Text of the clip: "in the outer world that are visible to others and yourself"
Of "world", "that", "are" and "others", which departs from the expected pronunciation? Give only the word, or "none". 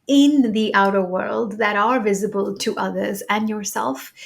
none